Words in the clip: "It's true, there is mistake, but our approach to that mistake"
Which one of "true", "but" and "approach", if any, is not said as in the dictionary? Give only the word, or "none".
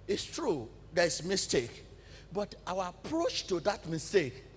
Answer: none